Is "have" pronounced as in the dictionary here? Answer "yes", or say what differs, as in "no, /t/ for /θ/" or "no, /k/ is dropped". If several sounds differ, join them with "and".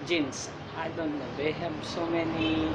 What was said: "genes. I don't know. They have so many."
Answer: no, /b/ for /v/